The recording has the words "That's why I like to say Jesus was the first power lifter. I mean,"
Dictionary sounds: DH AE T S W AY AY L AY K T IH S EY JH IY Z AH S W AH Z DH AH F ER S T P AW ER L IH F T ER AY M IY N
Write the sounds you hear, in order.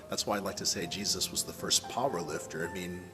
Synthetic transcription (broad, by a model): DH AE T S W AY AY L AY K T IH S EY JH IY Z AH S W AH Z DH AH F ER S P AW ER L IH F T ER AY M IY N